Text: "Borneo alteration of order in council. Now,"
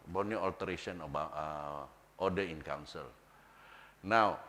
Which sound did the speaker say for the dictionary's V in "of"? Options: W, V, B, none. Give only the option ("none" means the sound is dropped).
B